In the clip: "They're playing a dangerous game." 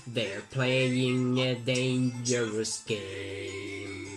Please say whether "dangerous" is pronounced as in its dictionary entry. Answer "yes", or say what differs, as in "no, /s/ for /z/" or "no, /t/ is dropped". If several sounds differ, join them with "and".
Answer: yes